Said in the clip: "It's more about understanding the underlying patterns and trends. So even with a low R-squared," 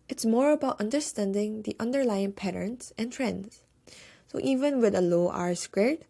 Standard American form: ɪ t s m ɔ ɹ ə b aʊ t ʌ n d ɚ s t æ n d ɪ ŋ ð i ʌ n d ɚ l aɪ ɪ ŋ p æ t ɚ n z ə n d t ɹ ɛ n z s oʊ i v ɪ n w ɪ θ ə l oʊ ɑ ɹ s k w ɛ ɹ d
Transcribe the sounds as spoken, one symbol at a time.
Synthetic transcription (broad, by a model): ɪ t s m ɔ ɹ ə b aʊ t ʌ n d ɚ s t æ n d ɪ ŋ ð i ʌ n d ɚ l aɪ ɪ ŋ p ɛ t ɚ n s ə n t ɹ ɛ n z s oʊ i v ɪ n w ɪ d ə l oʊ ɑ ɹ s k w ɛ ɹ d